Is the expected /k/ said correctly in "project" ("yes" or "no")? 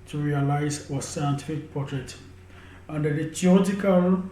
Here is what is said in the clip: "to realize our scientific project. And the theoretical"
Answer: no